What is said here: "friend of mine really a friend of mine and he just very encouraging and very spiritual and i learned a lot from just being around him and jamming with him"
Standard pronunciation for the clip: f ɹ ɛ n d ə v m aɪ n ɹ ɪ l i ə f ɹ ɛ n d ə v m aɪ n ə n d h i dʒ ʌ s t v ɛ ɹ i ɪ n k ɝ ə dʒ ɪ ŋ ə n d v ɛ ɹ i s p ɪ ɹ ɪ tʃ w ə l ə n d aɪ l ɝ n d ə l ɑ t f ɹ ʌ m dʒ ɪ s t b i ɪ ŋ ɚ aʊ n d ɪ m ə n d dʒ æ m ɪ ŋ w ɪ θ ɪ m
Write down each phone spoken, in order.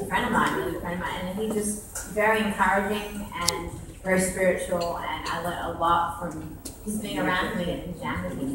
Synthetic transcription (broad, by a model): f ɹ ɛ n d ə v m aɪ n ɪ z ə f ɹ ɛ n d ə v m aɪ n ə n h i dʒ ʌ s t v ɛ ɹ i ɪ n k ɝ ə dʒ ɪ ŋ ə n v ɛ ɹ i s p ɪ ɹ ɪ tʃ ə l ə n aɪ l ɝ d ə l ɑ t f ɹ ʌ m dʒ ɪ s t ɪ ŋ ɚ aʊ n d m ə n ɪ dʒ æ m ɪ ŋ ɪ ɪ